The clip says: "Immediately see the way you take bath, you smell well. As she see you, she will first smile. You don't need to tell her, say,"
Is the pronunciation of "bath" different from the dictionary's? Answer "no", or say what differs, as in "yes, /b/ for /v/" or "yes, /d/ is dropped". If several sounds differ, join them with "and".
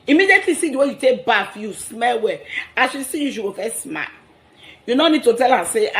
yes, /f/ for /θ/